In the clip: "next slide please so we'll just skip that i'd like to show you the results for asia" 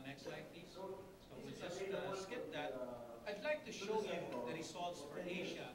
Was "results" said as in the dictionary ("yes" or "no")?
no